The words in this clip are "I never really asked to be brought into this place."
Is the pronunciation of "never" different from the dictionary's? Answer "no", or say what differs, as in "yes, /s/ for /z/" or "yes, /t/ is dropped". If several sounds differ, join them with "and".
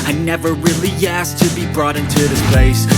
no